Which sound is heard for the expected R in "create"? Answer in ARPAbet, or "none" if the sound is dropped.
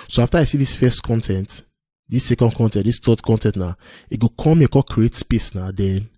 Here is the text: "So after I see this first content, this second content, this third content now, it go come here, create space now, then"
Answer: R